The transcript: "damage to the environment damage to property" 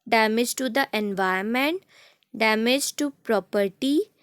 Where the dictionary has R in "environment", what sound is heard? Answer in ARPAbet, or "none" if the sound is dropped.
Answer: none